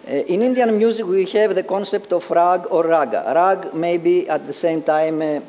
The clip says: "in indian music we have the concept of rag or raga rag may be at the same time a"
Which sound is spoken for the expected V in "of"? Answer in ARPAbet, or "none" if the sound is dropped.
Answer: F